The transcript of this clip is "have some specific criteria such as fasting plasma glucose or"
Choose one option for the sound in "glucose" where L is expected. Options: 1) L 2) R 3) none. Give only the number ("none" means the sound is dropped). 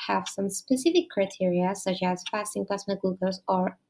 3